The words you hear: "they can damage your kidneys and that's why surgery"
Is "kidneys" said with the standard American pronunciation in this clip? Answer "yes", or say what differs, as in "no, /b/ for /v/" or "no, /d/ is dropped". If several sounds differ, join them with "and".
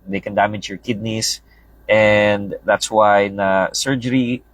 no, /s/ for /z/